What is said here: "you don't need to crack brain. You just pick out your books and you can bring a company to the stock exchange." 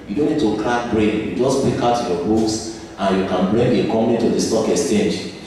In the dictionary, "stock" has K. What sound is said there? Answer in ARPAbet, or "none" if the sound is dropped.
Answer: K